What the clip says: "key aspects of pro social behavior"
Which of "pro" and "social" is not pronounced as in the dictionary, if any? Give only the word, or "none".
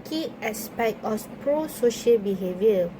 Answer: none